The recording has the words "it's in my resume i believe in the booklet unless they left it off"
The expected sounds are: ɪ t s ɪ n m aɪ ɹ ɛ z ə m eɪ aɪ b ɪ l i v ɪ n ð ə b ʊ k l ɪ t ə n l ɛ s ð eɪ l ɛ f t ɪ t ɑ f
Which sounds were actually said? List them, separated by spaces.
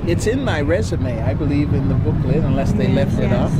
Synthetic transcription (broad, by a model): ɪ t s ɪ n m aɪ ɹ ɛ z ə m eɪ aɪ b ɪ l i v ɪ n ð ə b ʊ k l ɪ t ə n l ɛ s ð eɪ l ɛ f t ɪ t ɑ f